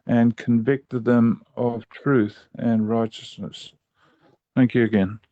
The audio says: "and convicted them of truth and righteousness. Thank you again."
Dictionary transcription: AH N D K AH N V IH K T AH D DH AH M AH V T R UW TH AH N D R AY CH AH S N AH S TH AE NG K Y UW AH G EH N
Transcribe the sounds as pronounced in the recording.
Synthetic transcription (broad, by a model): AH N K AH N V IH K T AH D DH AH M AH V T R UW TH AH N R AY CH AH S N AH S TH AE NG K Y UW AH G EH N